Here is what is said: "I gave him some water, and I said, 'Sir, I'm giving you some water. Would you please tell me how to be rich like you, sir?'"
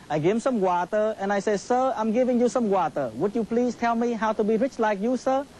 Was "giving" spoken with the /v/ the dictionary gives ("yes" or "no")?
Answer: yes